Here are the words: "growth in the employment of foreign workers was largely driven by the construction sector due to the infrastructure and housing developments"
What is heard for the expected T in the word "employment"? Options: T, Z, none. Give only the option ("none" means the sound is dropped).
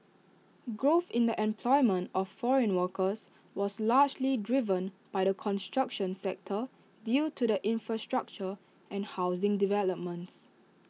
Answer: T